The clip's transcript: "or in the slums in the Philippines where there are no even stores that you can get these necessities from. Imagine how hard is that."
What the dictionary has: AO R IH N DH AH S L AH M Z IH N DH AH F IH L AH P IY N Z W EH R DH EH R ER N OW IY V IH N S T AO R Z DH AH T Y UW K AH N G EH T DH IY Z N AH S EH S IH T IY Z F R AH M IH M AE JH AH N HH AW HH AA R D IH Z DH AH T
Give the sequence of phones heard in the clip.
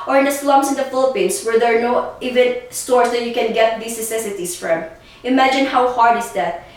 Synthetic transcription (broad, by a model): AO R IH N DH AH S L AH M S IH N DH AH F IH L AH P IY N S W EH R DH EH R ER N OW IY V IH N S T AO R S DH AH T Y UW K AH N G EH T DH IY S N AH S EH S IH T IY S F R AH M IH M AE JH AH N HH AW HH AA R D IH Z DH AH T